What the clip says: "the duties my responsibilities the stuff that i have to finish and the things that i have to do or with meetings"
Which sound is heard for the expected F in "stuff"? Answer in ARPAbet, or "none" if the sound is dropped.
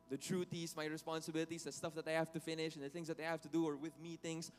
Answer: F